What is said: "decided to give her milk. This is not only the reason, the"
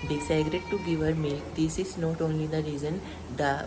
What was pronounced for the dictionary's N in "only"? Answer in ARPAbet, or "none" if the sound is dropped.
N